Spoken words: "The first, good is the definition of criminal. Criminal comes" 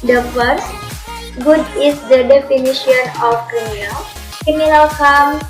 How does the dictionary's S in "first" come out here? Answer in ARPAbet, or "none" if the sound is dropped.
S